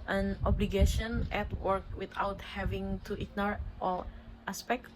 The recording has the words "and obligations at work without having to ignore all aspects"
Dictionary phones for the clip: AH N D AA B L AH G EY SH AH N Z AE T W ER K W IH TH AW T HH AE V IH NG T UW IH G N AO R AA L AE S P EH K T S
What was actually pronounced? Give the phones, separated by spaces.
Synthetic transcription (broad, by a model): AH N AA B L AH G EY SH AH N EH T W ER K W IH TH AW T HH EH V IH NG T UW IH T N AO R AA L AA S P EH K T